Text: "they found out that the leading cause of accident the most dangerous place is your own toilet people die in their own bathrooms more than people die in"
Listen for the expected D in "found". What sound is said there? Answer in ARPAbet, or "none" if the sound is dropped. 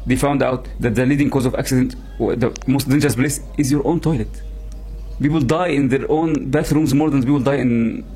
D